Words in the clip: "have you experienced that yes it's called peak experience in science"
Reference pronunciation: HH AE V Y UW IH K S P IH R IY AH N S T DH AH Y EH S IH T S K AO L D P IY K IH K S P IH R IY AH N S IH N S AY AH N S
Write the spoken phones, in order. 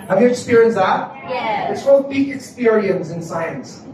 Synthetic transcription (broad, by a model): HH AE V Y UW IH K S P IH R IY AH N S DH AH Y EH IH T S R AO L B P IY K IH K S P IH R IY AH N S IH N S AY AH N S